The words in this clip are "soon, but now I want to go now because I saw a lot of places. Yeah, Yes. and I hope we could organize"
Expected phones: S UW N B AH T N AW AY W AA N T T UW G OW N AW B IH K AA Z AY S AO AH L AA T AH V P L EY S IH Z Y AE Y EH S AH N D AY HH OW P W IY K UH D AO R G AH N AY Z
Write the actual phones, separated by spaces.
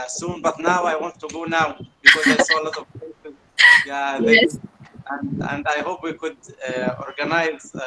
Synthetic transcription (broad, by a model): S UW N B AH T N AW AY W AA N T T UW G OW N AW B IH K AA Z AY S AO L AA T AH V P EY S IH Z Y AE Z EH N AH N D AY HH OW P W IY K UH D AO R G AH N AY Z